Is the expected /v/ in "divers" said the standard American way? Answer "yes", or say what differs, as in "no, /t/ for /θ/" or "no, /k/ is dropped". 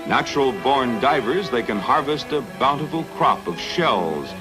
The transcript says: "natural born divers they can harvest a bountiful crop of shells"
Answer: yes